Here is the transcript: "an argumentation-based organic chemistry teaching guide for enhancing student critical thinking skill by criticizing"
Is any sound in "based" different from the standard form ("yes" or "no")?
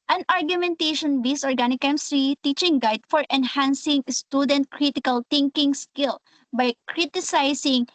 yes